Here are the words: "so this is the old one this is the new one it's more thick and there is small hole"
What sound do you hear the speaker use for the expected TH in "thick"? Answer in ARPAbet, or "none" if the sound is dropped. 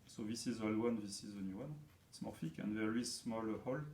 F